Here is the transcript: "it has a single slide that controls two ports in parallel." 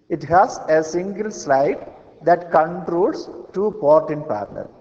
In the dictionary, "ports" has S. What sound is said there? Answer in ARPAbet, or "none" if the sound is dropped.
none